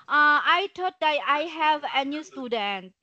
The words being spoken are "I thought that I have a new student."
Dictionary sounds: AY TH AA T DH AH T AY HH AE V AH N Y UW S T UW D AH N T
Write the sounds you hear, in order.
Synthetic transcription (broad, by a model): AY T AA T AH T AY HH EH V AH N Y UW S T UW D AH N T